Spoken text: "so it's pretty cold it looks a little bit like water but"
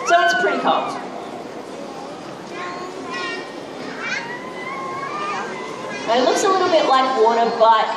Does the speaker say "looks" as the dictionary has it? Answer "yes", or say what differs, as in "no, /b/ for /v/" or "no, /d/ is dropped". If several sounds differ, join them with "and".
yes